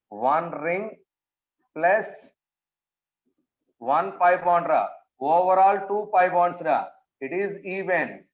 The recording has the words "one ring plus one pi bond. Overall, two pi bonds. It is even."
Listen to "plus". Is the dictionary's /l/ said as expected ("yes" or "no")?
yes